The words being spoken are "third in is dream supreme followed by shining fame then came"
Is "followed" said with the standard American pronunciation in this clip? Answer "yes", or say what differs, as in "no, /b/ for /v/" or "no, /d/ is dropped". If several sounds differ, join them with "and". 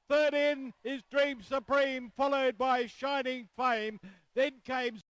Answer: yes